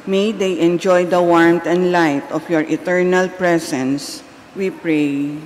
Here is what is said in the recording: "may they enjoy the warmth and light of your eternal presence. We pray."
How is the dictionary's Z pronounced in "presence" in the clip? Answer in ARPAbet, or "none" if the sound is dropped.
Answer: S